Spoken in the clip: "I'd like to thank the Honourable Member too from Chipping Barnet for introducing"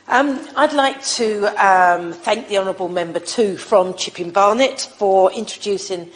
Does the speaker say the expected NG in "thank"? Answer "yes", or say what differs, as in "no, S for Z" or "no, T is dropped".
yes